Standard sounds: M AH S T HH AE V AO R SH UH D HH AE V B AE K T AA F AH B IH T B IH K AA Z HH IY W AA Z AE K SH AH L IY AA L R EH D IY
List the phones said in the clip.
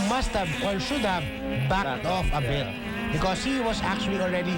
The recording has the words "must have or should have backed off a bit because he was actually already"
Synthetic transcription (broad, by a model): M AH S T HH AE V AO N SH UH D HH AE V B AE T AA F AH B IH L B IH K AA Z HH IY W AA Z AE K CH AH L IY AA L R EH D IY